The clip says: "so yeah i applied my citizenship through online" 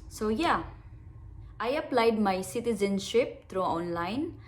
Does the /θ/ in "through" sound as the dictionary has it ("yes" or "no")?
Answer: no